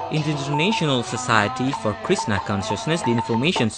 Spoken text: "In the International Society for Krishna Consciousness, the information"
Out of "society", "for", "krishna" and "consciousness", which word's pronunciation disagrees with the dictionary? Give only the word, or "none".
krishna